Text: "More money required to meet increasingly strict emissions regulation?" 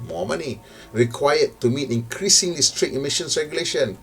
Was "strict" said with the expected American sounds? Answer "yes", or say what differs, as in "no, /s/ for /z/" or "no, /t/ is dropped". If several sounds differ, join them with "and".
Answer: no, /k/ is dropped